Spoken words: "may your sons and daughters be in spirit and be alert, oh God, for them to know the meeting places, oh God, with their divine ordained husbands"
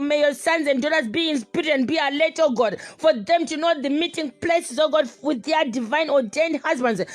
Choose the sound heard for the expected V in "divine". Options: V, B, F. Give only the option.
V